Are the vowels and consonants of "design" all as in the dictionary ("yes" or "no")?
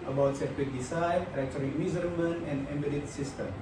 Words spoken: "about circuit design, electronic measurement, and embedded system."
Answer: no